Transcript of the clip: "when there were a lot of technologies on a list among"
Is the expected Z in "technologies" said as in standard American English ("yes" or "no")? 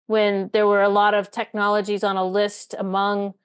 yes